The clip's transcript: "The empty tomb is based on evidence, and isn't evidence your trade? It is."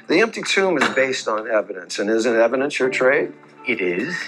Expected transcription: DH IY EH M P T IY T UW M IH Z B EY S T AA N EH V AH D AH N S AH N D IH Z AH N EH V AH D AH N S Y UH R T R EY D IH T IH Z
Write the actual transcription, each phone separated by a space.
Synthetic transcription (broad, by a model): DH IY EH M P T IY T UW M IH Z B EY S T N EH V AH D AH N S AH N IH Z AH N EH V AH D AH N S Y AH R T R EY D IH T IH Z